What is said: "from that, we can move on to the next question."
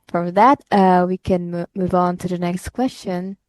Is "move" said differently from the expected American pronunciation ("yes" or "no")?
no